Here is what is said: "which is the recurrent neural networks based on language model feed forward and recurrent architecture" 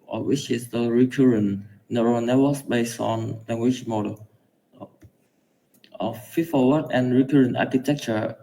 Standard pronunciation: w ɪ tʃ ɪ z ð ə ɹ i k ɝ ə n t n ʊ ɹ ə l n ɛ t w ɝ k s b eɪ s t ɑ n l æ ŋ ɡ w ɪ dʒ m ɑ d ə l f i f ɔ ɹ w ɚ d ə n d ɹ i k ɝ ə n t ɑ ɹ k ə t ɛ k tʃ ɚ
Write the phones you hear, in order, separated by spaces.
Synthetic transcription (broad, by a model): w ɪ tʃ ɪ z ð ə ɹ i k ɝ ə n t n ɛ ɹ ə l n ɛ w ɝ s b eɪ s t ɑ n l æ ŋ ɡ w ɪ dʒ m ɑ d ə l f i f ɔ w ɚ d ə n ɹ i k ɝ ə n t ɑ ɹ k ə t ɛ k tʃ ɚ